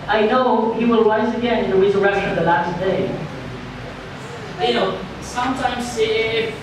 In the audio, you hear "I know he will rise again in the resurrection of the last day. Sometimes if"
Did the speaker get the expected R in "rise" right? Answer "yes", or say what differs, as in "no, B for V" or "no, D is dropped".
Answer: no, W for R